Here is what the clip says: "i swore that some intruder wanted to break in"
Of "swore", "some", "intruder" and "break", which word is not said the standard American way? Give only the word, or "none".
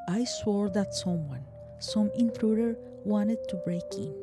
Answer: none